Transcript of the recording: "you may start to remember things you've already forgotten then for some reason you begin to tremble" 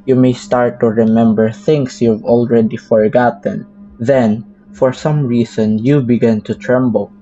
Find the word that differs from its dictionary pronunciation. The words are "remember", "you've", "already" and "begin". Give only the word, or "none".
none